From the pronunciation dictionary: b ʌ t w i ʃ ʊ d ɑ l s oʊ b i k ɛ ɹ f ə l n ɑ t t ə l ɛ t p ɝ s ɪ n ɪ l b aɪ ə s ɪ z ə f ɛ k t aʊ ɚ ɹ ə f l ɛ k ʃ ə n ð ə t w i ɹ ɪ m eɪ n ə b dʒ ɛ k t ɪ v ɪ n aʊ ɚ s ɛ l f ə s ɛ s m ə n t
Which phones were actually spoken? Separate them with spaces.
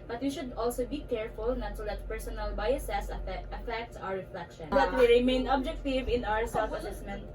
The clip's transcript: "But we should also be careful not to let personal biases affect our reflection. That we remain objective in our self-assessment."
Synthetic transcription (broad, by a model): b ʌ t w i ʃ ʊ d ɑ l s oʊ b i k ɛ ɹ f ə l n ɑ t s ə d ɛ t p ɝ s ɪ n ɪ l b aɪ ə s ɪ s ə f ɛ k t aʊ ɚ ɹ ə f l ɛ k ʃ ə n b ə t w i ɹ ɪ m eɪ n ə b dʒ ɛ k t ɪ v ɪ n aʊ ɚ s ɛ l f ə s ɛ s m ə n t